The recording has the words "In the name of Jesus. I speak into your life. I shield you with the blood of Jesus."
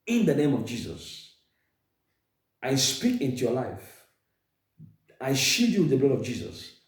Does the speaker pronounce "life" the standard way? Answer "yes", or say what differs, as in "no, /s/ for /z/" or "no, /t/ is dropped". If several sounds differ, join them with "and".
yes